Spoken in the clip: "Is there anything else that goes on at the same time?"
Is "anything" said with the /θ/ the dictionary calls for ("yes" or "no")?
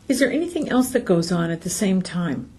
yes